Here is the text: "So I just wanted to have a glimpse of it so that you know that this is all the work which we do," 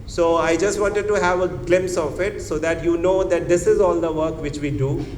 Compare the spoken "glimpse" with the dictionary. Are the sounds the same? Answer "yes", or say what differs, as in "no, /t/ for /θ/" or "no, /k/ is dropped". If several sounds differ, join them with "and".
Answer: no, /p/ is dropped